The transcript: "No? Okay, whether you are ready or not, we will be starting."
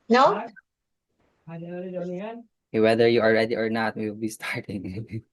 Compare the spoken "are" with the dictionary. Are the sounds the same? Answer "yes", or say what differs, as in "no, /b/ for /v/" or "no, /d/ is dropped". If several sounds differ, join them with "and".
no, /l/ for /ɹ/